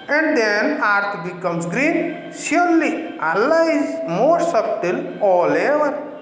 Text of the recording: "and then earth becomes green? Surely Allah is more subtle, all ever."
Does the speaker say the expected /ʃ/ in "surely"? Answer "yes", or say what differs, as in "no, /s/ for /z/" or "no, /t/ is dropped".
no, /s/ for /ʃ/